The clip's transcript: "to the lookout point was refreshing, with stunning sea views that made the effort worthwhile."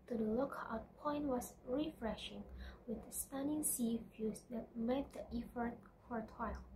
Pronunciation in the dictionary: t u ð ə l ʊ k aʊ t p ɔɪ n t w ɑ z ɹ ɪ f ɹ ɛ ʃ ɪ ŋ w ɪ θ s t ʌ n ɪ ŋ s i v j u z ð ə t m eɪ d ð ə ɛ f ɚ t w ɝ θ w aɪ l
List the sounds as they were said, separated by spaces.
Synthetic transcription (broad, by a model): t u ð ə l ʊ k aʊ t p ɔɪ n t w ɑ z ɹ ɪ f ɹ ɛ ʃ ɪ ŋ w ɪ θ s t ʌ n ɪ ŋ s i f j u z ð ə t m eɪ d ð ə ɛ f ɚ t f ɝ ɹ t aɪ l